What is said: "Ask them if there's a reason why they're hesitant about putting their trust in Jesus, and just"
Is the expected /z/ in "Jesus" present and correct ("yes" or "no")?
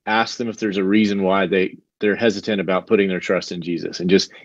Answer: yes